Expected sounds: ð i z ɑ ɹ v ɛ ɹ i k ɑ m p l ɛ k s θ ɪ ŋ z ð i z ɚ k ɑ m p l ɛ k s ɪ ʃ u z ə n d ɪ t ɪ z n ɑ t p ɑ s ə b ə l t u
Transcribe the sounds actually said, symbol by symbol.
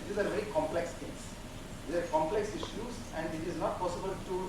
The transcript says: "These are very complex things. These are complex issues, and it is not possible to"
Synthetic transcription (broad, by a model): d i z ɑ ɹ v ɛ ɹ i k ɑ m p l ɛ k s t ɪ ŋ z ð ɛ ɚ k ɑ m p l ɛ k s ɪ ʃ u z ə n d ɪ t ɪ z n ɑ t p ɑ s ə b ə l t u